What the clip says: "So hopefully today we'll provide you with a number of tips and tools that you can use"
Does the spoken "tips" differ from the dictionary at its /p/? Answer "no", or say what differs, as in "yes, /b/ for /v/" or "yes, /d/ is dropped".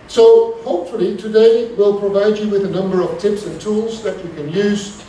no